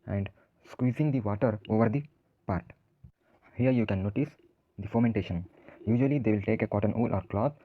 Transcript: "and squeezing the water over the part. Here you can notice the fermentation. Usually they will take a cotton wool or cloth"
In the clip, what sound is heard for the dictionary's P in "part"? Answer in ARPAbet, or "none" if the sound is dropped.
P